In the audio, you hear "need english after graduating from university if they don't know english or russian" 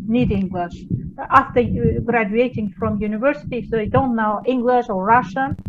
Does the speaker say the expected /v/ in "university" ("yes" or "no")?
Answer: yes